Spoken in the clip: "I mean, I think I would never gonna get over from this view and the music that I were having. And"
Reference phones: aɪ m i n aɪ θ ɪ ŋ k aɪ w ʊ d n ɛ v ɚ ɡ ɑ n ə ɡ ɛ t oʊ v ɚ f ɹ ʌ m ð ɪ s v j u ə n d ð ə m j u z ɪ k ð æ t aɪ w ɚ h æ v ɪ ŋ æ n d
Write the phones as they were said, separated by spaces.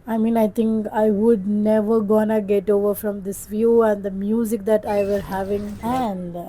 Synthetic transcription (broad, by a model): aɪ m i n aɪ t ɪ ŋ k aɪ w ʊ d n ɛ v ɚ ɡ ɑ n ə ɡ ɛ t oʊ v ɚ f ɹ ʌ m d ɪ s v j u ə n d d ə m j u z ɪ k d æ t aɪ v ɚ h æ v ɪ ŋ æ n d